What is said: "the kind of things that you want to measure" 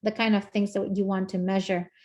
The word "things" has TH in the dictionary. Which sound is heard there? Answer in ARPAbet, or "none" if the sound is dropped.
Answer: TH